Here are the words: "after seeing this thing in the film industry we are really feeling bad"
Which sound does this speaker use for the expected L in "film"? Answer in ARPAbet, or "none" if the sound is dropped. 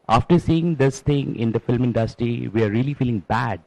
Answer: L